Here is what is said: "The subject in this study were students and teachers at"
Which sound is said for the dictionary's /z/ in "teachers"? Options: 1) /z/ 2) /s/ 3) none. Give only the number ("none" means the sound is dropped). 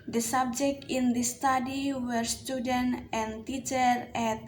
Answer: 3